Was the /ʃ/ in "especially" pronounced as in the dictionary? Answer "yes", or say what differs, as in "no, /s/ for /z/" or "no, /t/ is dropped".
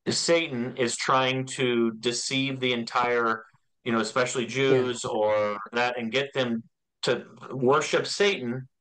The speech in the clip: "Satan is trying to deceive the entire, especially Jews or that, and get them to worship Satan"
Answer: yes